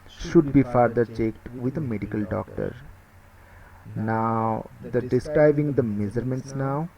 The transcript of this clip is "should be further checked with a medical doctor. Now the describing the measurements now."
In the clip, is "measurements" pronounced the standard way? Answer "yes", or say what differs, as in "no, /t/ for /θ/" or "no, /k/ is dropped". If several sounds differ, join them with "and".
no, /z/ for /ʒ/